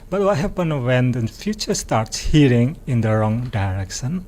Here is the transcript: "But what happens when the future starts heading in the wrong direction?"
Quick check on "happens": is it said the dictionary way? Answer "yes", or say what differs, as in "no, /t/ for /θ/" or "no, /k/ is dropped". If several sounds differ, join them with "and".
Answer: no, /z/ is dropped